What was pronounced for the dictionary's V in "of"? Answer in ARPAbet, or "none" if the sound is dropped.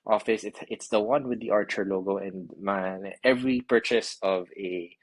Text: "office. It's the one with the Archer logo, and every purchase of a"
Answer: V